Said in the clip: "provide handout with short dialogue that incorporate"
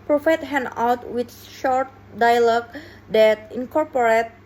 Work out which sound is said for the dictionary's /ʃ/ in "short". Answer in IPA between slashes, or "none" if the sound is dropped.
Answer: /ʃ/